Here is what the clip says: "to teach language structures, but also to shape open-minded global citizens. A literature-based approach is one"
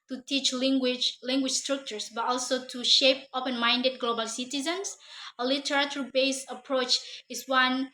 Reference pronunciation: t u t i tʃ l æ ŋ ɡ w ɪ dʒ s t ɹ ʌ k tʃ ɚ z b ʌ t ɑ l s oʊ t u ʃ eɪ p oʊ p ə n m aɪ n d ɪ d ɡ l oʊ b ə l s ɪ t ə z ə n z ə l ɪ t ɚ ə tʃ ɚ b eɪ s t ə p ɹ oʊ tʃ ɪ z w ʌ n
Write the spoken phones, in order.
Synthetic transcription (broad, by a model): t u t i tʃ l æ ŋ ɡ w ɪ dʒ s t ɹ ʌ k tʃ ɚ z b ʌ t ɑ l s oʊ t u ʃ eɪ p oʊ p ə n m aɪ n d ɪ d ɡ l oʊ b ə l s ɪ t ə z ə n s ə l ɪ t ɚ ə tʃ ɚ b eɪ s ə p ɹ oʊ tʃ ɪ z w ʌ n